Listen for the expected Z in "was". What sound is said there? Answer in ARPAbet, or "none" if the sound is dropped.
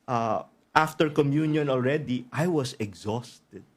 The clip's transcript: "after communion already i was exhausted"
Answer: S